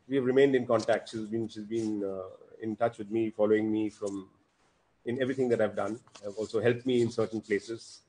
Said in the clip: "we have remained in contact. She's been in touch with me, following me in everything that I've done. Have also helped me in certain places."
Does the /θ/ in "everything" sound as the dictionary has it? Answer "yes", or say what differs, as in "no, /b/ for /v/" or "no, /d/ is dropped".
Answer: no, /t/ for /θ/